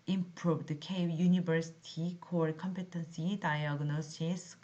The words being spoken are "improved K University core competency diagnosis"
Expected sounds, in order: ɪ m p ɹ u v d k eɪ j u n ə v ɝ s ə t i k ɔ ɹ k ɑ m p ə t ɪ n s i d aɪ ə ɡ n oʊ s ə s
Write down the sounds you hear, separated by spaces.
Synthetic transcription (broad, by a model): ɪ m p ɹ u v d k eɪ j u n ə b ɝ s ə t i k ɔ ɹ k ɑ m p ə t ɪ n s i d aɪ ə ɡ n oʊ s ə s